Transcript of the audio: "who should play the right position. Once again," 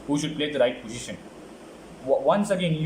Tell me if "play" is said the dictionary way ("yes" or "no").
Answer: yes